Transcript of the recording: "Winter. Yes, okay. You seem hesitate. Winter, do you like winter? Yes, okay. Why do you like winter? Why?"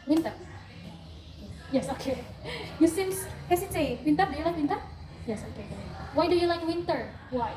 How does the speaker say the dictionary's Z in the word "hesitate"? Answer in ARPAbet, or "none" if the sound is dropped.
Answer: S